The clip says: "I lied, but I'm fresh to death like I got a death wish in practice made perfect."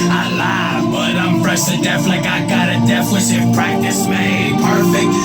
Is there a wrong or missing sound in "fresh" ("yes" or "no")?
yes